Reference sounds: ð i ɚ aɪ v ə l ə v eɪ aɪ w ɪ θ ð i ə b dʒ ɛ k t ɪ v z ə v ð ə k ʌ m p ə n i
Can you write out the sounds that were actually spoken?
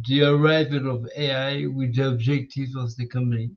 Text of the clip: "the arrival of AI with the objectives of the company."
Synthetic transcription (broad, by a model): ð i ɚ aɪ v ə l ə v eɪ aɪ w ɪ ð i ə b dʒ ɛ k t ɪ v ə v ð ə k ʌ m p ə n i